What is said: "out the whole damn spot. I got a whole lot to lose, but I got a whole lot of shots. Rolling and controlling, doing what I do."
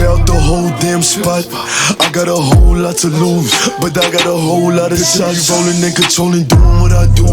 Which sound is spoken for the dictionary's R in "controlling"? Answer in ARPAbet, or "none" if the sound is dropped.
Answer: none